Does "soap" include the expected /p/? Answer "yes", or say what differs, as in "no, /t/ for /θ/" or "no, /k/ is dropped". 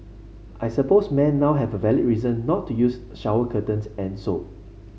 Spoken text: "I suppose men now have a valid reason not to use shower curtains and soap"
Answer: no, /p/ is dropped